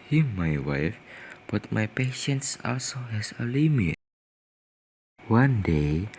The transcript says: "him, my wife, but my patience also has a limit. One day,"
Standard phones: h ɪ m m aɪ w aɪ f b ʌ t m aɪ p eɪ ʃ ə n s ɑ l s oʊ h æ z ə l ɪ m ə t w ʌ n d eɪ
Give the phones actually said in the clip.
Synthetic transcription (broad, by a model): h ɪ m m aɪ w aɪ f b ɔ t m aɪ p eɪ ʃ ə n s ɑ l s oʊ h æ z ə l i m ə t w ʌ n d eɪ